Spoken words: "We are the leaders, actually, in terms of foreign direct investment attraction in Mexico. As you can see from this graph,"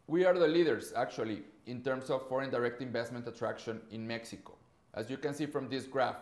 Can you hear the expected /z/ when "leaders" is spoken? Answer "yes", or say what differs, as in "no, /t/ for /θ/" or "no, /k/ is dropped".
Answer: no, /s/ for /z/